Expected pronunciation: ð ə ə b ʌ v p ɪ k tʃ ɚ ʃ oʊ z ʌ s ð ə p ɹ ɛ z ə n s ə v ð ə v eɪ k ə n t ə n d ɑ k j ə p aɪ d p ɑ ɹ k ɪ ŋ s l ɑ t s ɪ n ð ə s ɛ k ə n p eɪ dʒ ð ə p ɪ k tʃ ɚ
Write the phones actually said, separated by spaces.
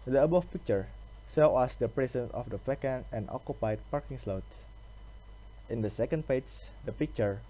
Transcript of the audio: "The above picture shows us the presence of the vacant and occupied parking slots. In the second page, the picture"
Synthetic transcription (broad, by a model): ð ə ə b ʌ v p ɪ k tʃ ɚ s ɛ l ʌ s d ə p ɹ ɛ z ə n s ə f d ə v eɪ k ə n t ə n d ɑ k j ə p aɪ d p ɑ ɹ k ɪ ŋ s l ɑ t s ɪ n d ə s ɛ k ə n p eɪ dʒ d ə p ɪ k tʃ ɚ